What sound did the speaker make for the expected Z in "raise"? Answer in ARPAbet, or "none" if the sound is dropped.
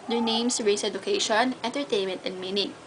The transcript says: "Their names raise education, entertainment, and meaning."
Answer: S